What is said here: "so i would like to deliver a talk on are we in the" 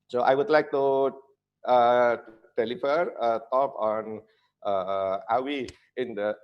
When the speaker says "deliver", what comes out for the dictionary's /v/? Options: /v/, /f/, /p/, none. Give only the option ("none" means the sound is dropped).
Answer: /f/